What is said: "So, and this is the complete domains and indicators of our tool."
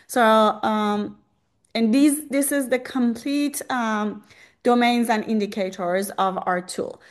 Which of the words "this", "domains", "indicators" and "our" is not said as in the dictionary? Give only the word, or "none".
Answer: none